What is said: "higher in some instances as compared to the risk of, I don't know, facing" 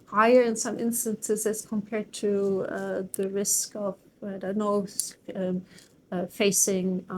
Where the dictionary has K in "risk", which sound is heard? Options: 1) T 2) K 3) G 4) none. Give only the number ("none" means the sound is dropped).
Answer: 2